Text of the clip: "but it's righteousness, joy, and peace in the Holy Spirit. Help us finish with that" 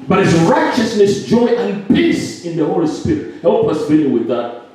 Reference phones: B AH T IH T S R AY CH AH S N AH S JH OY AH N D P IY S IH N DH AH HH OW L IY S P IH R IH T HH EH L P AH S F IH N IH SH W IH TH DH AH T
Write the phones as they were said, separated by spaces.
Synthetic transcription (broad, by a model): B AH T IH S R AY CH AH S N AH S JH OY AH N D P IY S IH N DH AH HH OW L IY S P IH R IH T HH EH L P AH S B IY L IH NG W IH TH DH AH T